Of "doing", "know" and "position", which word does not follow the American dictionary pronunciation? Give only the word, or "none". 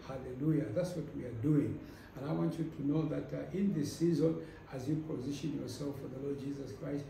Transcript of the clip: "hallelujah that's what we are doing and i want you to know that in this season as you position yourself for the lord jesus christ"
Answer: none